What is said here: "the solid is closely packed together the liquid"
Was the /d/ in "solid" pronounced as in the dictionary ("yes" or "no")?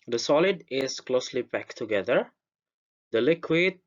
yes